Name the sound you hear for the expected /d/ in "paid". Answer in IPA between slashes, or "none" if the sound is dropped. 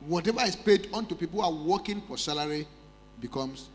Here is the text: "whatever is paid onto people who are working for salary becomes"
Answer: /d/